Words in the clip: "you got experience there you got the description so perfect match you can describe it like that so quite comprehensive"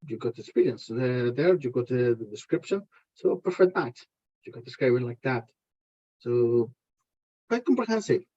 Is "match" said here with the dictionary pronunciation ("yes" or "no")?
no